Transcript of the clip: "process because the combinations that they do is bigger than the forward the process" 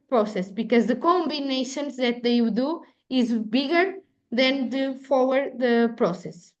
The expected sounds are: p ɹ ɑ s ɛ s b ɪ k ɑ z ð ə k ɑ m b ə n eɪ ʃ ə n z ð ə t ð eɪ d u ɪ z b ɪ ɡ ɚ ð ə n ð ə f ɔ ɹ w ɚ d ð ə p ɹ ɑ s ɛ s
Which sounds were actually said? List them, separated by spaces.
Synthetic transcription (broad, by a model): p ɹ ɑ s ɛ s b ɪ k ɑ z ð ə k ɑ m b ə n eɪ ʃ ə n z ð ə t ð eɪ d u ɪ z b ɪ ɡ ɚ ð ə n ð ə f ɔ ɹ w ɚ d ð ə p ɹ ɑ s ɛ s